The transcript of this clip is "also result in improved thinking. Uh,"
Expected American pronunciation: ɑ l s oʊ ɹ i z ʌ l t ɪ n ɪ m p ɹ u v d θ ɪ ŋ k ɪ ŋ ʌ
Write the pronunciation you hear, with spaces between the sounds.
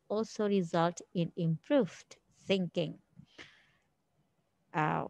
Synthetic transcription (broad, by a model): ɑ l s oʊ ɹ i z ʌ l t ɪ n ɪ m p ɹ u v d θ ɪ ŋ k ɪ ŋ